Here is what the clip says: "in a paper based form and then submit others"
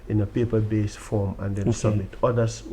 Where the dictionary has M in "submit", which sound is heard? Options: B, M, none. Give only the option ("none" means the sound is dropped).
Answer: M